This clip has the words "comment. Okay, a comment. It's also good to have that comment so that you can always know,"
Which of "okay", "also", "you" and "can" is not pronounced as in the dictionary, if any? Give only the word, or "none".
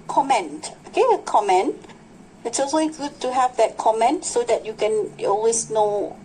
also